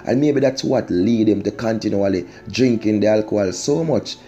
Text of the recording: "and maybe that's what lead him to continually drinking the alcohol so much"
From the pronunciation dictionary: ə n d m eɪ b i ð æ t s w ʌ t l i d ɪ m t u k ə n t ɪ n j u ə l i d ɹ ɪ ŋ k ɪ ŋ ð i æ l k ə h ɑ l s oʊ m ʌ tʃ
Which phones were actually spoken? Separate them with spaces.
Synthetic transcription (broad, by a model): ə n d m eɪ b i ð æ t s w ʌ t l i d ɪ m t u k ə n t ɪ n j u ə l i d ɹ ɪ ŋ k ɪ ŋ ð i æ l k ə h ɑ l s oʊ m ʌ tʃ